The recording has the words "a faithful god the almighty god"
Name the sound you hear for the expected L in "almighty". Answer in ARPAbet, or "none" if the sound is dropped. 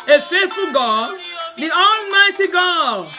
L